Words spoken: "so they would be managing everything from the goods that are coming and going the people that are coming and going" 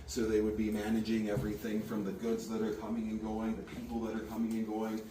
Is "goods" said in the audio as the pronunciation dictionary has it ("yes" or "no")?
yes